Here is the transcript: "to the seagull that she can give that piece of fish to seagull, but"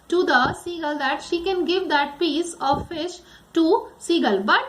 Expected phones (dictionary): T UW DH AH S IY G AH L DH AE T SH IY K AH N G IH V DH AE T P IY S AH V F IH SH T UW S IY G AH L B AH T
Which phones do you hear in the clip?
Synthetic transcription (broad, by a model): T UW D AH S IY G AH L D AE T SH IY K AH N G IH V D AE T P IY S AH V F IH SH T UW S IY G AH L B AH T